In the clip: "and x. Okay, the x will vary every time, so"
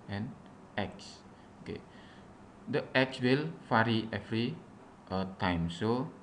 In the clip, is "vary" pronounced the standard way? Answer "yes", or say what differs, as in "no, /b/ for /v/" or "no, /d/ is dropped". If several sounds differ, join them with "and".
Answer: no, /f/ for /v/